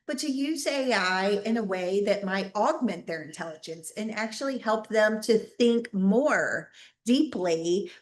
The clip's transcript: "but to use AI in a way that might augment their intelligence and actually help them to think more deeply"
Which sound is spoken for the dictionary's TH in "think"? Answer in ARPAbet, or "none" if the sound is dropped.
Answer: TH